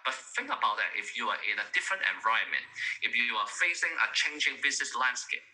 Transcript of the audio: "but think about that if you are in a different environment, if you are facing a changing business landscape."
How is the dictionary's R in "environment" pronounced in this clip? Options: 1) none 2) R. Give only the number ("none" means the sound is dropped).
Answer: 1